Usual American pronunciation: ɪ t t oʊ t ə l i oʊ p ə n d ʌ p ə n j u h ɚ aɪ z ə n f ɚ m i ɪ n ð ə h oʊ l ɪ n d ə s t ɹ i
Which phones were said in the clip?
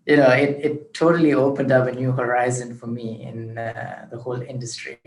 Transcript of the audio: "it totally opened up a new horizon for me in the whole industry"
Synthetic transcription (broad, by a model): ɪ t t oʊ t ə l i oʊ p ə n d ʌ p ə n j u h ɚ aɪ z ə n f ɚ m i ɪ n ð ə h oʊ l ɪ n d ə s t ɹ i